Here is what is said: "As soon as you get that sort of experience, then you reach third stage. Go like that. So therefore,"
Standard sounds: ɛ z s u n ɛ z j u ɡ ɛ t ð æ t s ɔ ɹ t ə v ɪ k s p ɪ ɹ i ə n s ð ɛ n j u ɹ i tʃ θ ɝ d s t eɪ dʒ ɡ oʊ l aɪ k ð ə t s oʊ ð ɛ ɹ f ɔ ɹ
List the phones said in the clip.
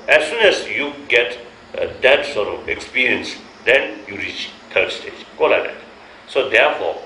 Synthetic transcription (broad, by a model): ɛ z s u n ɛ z j u ɡ ɛ t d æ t s ɔ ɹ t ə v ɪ k s p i ɹ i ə n s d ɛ n j u ɹ i tʃ t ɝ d s t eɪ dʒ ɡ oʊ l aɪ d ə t s oʊ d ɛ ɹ f ɔ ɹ